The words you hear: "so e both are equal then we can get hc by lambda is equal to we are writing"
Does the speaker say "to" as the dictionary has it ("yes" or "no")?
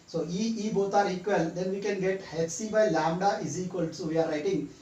no